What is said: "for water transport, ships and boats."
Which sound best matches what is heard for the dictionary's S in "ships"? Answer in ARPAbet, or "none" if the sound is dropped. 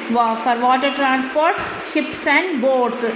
S